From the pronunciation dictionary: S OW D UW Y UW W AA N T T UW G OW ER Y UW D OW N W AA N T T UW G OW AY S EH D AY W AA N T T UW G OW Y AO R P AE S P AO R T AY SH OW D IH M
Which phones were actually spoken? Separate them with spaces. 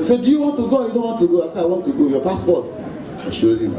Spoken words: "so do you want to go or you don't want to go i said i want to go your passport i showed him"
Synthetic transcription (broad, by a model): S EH D UW Y UW W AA N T T UW G OW Y UW D OW N W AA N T T UW G OW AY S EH AY W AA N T T UW G OW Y AO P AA S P AO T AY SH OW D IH